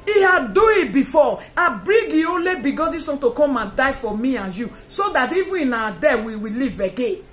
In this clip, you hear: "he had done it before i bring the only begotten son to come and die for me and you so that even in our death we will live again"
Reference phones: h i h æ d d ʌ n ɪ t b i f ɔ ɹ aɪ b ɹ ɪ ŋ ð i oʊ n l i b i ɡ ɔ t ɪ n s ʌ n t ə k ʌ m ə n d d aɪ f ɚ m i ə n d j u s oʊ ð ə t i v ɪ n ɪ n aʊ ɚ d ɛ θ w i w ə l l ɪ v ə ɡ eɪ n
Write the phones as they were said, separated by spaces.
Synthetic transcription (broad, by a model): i h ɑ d d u ɪ t b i f ɔ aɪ b ɹ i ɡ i oʊ n l i b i ɡ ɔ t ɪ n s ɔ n t ə k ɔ m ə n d d aɪ f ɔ m i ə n j u s oʊ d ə t i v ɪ ɪ n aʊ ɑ d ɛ w i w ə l l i v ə ɡ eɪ n